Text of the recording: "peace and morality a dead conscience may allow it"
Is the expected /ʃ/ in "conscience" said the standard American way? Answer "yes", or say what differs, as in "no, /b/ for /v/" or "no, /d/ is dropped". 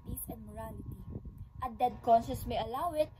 no, /s/ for /ʃ/